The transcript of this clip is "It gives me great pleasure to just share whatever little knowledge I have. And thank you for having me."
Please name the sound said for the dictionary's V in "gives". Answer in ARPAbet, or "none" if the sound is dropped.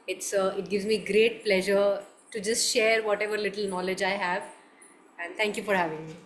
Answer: V